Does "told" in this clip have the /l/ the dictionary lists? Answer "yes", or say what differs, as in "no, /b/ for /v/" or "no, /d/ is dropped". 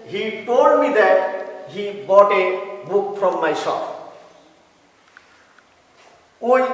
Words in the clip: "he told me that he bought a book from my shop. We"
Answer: no, /l/ is dropped